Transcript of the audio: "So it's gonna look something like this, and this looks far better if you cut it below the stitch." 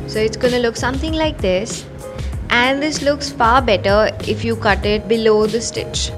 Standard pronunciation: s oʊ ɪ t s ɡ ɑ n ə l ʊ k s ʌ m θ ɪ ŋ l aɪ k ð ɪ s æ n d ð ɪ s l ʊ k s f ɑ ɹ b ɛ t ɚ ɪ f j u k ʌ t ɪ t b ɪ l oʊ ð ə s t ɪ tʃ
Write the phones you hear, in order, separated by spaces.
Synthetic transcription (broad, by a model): s oʊ ɪ t s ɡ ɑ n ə l ʊ k s ʌ m t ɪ ŋ l aɪ k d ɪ s æ n d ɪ s l ʊ k s f ɑ ɹ b ɛ t ɚ ɪ f j u k ʌ t ɪ t b ɪ l oʊ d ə s t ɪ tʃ